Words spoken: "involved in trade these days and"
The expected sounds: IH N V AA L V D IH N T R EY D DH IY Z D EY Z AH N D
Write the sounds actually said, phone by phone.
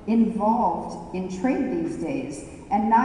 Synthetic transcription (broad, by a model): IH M V AA L V D IH N T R EY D DH IY Z D EY Z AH N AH